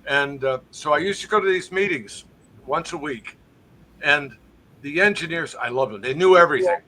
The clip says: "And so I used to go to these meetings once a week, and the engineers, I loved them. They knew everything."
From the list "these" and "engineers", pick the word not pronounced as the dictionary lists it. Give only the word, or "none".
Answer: none